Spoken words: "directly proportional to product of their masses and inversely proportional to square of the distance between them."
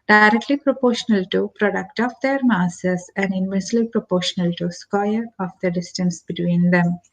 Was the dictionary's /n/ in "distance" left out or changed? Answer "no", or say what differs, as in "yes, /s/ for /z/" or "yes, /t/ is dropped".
no